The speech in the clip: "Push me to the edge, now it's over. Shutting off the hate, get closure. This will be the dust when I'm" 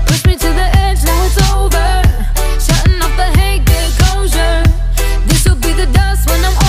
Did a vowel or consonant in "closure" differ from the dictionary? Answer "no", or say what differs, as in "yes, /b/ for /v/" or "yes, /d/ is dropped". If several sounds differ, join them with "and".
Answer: yes, /l/ is dropped